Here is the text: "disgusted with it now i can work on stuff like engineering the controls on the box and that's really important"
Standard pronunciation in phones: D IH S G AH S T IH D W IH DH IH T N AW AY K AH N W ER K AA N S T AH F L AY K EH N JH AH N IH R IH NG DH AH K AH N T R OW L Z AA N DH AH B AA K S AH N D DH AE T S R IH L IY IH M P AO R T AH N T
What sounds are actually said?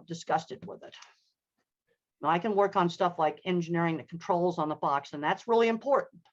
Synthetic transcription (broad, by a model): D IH S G AH S T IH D W IH DH IH T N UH AY K AH N W ER K N S T AH F L AY K EH N JH AH N IH R IH NG DH AH K N T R OW L Z N DH AH B AA K S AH N DH AE T S R IH L IY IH M P AO R T N T